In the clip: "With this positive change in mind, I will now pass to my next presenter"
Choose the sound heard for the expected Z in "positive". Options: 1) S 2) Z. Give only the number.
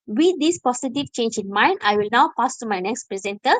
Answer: 1